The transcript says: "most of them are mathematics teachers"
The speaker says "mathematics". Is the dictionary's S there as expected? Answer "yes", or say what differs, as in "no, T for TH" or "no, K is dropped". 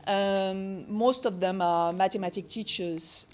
no, S is dropped